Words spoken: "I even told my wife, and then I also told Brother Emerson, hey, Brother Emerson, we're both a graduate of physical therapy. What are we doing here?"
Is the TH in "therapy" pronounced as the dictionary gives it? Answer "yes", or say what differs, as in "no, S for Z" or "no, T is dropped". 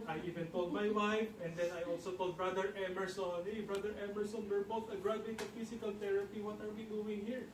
no, T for TH